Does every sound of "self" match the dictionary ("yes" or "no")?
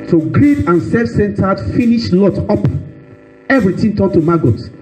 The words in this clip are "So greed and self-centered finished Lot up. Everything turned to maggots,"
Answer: no